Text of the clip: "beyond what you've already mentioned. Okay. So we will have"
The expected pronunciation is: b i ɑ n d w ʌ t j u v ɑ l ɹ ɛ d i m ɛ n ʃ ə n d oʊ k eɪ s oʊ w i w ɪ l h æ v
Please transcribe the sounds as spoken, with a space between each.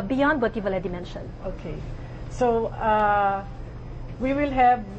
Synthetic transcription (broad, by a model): b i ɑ n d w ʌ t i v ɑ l ɛ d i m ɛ n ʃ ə n oʊ k eɪ s oʊ w i w ɪ l h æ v